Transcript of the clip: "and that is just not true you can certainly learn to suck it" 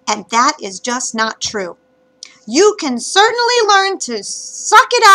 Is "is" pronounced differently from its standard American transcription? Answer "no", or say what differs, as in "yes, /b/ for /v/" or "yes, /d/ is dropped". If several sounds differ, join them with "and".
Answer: no